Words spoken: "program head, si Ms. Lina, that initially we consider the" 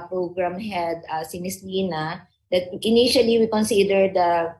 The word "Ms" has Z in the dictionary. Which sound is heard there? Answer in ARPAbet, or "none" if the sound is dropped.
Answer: S